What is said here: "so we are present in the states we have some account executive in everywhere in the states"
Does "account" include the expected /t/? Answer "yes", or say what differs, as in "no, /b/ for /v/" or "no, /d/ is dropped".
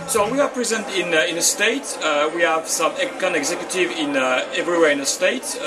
no, /t/ is dropped